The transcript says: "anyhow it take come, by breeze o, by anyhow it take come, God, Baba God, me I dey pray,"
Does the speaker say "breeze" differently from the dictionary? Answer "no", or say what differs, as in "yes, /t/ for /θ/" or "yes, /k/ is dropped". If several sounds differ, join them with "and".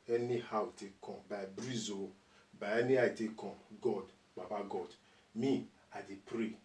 no